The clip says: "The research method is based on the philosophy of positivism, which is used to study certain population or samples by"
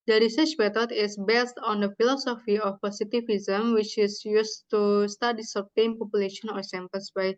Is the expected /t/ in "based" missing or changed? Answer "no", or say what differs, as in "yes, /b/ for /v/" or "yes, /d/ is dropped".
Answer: no